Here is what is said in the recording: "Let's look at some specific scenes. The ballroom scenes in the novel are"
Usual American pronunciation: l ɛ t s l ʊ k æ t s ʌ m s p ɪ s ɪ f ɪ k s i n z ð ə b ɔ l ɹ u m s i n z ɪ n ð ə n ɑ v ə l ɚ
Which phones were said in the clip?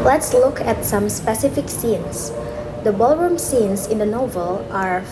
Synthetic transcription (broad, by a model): l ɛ t s l ʊ k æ t s ʌ m s p ɪ s ɪ f ɪ k s i n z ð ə b ɔ l ɹ u m s i n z ɪ n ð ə n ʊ v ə l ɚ